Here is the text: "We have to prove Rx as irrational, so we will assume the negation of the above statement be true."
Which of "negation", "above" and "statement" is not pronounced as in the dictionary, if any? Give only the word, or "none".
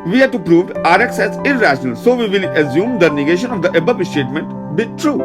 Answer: above